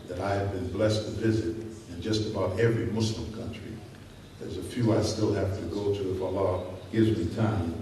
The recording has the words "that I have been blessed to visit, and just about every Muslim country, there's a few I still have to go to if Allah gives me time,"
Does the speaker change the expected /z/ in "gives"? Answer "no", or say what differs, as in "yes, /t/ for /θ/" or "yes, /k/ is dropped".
no